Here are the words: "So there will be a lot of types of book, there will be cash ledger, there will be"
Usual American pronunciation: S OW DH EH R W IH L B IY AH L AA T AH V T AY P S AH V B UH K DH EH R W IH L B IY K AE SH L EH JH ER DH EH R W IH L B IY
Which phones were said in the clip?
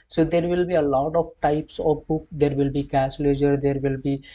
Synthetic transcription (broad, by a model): S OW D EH R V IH L B IY AH L AA T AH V T AY P S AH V B UH K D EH R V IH L B IY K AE S L EH JH ER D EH R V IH L B IY